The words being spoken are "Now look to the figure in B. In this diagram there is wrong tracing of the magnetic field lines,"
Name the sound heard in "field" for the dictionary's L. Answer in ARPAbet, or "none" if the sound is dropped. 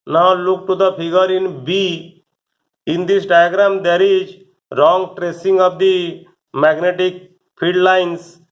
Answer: none